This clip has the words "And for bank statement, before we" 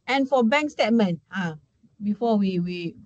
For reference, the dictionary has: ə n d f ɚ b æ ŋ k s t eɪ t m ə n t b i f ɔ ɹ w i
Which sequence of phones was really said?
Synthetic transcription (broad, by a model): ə n f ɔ b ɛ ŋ k s t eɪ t m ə n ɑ b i f ɔ w w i